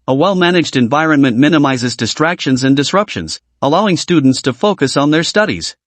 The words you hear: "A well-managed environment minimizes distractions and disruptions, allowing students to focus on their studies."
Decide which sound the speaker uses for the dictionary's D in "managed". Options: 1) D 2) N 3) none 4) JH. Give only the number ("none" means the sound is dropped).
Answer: 1